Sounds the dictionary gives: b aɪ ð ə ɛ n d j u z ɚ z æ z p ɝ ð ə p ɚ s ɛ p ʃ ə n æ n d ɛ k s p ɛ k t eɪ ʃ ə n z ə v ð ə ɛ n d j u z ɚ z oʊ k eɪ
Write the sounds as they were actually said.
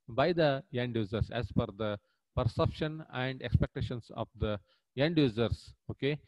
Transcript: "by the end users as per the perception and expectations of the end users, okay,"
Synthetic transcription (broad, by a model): b aɪ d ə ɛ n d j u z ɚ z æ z f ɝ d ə p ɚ s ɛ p ʃ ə n æ n d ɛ k s p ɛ k t eɪ ʃ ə n s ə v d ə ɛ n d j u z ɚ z oʊ k eɪ